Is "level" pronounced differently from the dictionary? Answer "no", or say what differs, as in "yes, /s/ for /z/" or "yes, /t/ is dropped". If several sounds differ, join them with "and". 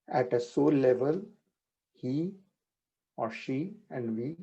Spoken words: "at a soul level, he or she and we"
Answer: no